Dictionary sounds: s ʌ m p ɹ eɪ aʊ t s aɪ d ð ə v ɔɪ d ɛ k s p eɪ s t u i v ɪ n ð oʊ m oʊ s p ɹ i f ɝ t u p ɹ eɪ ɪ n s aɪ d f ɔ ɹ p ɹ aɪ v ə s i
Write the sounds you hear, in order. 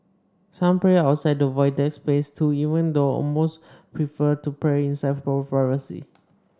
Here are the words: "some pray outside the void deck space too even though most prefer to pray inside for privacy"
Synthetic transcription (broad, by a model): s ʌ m p ɹ eɪ aʊ t s aɪ d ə v ɔɪ d ɛ k s p eɪ s t u i v ɪ n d oʊ m oʊ s p ɹ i f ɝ t u p ɹ eɪ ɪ n s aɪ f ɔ l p ɹ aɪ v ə s i